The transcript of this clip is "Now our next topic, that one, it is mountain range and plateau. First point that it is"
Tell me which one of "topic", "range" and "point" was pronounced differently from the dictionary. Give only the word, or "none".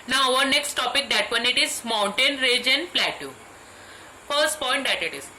range